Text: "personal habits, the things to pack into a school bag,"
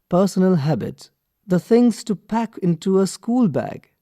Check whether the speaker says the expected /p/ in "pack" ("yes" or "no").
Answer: yes